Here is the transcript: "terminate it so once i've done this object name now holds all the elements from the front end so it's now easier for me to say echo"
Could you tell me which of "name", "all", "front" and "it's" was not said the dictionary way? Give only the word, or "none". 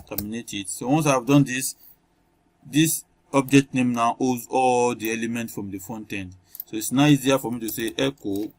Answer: front